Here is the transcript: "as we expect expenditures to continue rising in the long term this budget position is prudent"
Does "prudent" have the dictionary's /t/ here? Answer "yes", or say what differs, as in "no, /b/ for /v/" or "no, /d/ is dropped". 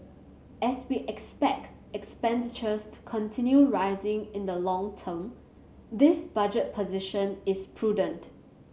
yes